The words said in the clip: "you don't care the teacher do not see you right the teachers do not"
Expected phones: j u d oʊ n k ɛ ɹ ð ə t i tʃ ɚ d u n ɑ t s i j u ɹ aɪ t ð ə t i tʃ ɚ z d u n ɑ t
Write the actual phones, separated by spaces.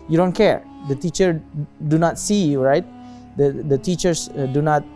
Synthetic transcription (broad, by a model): j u d oʊ n k ɛ ɹ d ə t i tʃ ɚ d u n ɑ t s i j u ɹ aɪ t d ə t i tʃ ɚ s d u n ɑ t